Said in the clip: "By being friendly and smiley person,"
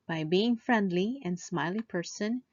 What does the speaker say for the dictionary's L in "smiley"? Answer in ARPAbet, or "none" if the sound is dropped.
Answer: L